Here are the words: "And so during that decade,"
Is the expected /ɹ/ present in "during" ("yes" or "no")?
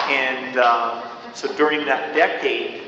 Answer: yes